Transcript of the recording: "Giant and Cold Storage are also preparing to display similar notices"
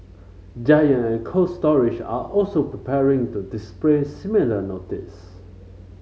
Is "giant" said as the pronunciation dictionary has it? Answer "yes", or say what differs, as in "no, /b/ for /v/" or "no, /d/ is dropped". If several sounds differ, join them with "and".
no, /t/ is dropped